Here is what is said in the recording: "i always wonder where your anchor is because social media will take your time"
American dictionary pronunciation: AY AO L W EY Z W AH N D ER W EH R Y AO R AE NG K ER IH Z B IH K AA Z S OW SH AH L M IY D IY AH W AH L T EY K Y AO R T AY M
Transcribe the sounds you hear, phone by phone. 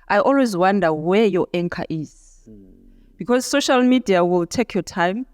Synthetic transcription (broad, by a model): AY AO L W EY Z W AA N D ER W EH Y AO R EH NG K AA IH Z B IH K AA Z S OW SH AH L M IY D IY AH W AH L T EY K Y AO T AY M